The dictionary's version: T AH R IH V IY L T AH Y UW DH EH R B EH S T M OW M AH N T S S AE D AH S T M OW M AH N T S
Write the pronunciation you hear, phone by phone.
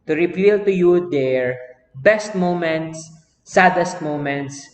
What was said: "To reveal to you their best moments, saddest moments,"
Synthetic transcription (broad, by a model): T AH R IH P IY L T AH Y UW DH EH R B EH S T M OW M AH N T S S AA D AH S T M OW M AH N T S